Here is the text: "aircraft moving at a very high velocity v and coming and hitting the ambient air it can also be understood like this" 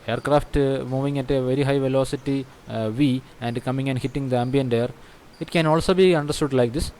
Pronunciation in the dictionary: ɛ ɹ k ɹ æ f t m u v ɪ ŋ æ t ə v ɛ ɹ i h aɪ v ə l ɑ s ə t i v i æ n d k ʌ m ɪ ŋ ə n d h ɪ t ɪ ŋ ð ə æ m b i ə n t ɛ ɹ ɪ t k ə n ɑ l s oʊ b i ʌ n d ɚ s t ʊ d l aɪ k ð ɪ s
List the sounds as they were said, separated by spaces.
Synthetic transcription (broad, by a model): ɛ ɹ k ɹ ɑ f t m u v ɪ ŋ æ t ə v ɛ ɹ i h aɪ v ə l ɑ s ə t i v i æ n d k ʌ m ɪ ŋ ə n d h ɪ t ɪ ŋ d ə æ m b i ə n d ɛ ɹ ɪ t k ə n ɑ l s oʊ b i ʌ n d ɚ s t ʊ d l aɪ k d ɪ s